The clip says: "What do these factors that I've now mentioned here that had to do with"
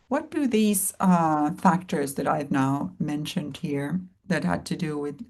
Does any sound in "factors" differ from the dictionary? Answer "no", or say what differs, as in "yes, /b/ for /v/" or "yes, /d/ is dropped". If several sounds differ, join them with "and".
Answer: no